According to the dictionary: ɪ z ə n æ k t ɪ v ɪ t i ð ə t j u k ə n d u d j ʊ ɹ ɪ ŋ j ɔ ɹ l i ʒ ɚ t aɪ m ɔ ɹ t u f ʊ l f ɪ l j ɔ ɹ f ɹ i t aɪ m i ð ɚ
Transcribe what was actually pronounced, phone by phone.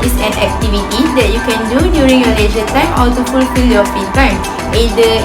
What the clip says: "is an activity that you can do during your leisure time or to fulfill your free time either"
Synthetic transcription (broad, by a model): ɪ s ə n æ k t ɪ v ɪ t i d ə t j u k ə n d u d j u ɹ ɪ ŋ j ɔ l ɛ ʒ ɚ t aɪ m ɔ l t u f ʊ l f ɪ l j ɔ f i t aɪ m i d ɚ